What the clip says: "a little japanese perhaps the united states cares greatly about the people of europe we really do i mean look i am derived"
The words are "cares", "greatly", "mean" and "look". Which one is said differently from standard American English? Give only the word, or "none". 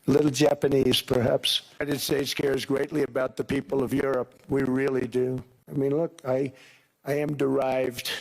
none